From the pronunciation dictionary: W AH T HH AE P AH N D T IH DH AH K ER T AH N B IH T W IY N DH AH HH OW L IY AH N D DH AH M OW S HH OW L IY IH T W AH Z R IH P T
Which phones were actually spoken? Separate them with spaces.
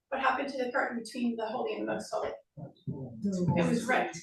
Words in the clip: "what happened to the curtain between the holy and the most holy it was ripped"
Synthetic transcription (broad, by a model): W AH T HH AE P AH N T IH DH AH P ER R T B IH T W IY N DH AH HH OW L IY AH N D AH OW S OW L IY IH T W AH Z R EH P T